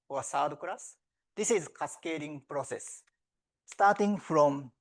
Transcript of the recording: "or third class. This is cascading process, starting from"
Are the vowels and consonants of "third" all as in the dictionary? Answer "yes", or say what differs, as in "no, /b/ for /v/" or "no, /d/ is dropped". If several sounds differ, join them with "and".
no, /s/ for /θ/